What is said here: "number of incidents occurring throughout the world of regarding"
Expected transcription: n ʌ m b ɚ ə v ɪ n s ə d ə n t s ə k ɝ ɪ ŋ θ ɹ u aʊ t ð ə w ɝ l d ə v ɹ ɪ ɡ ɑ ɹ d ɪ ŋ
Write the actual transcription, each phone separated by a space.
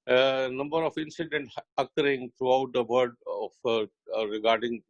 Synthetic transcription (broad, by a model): n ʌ m b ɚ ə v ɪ n s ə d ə n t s ə k ɝ ɪ ŋ t ɹ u aʊ t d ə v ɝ d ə f ɹ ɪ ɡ ɑ ɹ d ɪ ŋ